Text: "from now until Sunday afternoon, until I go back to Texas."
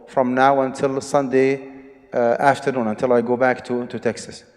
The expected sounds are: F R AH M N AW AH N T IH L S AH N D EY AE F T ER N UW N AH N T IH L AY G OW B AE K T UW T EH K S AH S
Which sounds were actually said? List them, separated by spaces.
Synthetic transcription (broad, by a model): F R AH M N AW AH N T IH L S AH N D EY AE F T ER N UW N AH N T IH L AY G OW B AE K T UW T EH K S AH S